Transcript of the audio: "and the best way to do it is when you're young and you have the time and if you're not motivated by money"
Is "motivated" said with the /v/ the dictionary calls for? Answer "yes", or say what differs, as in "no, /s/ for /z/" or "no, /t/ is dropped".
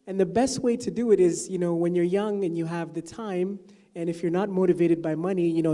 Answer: yes